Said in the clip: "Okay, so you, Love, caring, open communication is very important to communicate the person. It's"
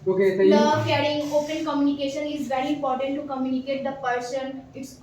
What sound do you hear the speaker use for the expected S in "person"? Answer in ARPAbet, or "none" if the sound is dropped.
SH